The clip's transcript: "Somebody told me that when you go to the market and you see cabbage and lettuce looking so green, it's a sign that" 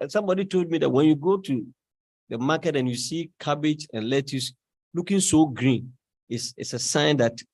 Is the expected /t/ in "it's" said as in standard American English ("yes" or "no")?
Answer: no